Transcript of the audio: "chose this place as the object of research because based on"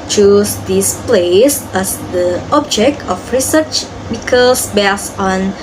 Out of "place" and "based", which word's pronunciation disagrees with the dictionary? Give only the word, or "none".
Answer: based